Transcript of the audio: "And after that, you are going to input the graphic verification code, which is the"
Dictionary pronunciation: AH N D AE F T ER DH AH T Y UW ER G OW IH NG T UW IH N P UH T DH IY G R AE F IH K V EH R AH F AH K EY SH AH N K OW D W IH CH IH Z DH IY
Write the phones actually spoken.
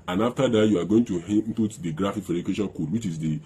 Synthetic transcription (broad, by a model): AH N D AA F T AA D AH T Y UW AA G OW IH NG T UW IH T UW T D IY G R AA F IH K F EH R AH AH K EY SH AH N K OW D W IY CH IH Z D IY